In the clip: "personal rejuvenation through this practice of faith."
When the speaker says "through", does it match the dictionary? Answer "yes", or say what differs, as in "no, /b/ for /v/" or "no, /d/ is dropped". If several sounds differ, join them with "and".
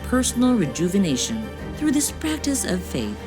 yes